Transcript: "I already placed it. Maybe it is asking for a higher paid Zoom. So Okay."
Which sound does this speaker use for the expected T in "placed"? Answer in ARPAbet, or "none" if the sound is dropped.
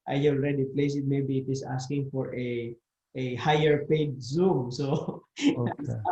none